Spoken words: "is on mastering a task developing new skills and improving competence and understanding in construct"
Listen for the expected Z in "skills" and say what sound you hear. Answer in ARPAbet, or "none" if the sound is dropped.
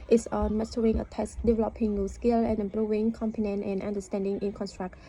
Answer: none